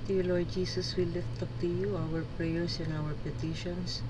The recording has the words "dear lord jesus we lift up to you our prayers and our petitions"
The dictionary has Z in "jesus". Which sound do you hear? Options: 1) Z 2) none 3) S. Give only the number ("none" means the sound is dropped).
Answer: 3